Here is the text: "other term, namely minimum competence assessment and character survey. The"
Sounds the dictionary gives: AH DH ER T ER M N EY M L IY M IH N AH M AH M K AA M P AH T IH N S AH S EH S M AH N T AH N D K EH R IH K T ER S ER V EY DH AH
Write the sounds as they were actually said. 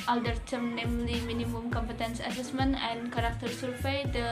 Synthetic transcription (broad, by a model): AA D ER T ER M N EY M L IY M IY N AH M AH M K AA M P AH T IH N S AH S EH S M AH N AH N K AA R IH K T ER S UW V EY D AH